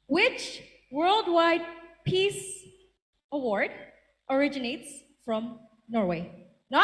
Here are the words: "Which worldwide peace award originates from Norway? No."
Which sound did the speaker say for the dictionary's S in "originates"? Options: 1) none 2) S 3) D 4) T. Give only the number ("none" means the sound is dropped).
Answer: 2